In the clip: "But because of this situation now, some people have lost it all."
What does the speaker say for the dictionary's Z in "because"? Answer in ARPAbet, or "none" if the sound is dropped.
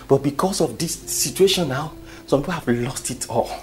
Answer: S